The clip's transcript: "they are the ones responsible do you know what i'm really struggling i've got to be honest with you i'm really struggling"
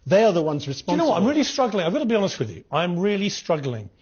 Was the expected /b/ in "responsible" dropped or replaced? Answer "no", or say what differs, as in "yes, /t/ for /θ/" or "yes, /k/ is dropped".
yes, /b/ is dropped